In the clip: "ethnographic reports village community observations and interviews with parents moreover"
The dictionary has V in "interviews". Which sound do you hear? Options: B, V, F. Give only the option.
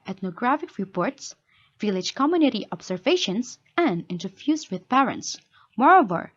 F